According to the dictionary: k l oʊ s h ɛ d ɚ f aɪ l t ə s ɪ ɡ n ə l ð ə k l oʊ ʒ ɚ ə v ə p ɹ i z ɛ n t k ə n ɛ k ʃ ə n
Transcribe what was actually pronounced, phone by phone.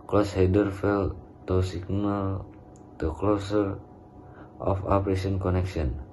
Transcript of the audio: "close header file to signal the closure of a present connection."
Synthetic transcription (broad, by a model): k l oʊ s h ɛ d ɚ f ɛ l t ə s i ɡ n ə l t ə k l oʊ s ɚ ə f ə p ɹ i s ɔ n k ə n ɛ k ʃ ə n